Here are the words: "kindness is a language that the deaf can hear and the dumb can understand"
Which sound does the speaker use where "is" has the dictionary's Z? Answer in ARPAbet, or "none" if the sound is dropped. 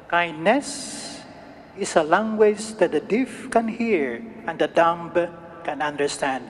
S